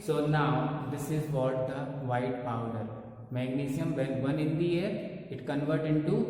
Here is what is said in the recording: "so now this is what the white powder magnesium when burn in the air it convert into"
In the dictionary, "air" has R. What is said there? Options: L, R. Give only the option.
R